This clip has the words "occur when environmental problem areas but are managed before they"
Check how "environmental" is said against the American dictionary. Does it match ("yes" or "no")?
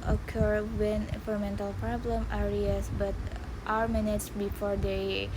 no